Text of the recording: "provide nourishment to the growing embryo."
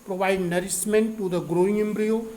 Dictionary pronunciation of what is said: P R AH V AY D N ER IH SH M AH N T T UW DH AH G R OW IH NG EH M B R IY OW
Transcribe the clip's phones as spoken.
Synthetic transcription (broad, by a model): P R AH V AY D N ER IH S M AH N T T UW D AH G R OW IH NG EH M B R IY OW